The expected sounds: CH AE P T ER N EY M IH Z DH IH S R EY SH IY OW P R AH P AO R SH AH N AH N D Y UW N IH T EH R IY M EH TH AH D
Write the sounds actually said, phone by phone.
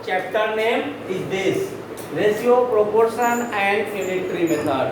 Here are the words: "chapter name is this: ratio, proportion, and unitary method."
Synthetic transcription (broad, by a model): CH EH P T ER N EY M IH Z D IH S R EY S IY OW P R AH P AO R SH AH N AH N D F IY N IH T R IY M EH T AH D